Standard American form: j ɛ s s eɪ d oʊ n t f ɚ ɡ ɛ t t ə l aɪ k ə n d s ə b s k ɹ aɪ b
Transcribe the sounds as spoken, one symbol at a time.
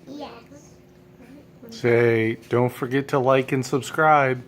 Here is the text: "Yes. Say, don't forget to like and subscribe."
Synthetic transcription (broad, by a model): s s eɪ d oʊ n t f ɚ ɡ ɛ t t ə l aɪ k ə n s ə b s k ɹ aɪ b